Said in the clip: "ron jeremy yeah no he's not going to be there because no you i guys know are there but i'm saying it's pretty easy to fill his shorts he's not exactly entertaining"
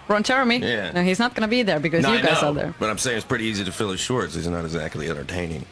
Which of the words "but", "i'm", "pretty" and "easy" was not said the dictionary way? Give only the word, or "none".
none